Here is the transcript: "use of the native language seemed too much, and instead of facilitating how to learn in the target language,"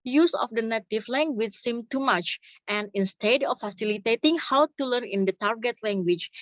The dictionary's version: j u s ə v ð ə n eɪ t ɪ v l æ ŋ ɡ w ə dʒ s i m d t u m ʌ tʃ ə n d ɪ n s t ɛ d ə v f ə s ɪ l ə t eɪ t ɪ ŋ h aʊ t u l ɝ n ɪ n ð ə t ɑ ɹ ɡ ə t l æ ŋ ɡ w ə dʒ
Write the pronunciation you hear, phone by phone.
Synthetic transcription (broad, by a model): j u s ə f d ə n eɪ t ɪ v l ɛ ŋ ɡ w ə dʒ s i m t u m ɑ tʃ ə n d ɪ n s t ɛ d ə f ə s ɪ l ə t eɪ t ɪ ŋ h aʊ t u l ɝ n ɪ n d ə t ɑ ɹ ɡ ə t l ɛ ŋ ɡ w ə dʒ